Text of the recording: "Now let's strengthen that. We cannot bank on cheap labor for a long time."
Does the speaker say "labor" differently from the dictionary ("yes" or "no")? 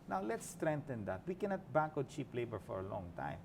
no